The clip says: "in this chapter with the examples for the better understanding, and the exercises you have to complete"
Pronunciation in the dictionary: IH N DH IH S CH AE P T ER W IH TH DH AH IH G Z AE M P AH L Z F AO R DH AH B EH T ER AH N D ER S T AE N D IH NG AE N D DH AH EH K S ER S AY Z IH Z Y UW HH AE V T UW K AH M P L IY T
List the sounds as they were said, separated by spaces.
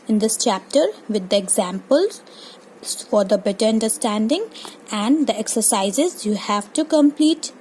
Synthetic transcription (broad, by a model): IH N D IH S CH AE P T ER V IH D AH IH G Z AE M P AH L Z F AO R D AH B EH T ER AH N D ER S T AE N D IH NG AE N D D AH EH K S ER S AY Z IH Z Y UW HH AE V T UW K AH M P L IY T